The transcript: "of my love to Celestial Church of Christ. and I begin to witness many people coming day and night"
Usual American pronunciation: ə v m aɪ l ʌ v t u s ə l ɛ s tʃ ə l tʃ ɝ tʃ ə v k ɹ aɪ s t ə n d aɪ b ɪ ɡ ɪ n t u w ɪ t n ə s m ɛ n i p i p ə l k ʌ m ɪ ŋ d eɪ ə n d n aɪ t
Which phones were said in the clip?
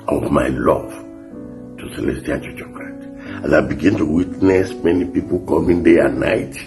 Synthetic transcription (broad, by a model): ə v m aɪ l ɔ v t u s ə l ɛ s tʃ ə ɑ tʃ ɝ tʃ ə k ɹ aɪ t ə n aɪ b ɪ ɡ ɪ n t u w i t n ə s m ɛ n i p i p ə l k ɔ m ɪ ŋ d eɪ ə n n aɪ t